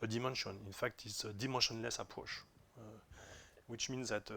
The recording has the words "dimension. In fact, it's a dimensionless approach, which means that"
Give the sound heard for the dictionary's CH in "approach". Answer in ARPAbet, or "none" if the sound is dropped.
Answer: SH